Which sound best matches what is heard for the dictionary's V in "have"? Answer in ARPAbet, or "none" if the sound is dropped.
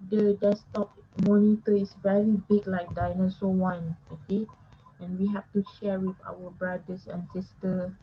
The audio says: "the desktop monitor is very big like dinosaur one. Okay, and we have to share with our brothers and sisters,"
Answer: F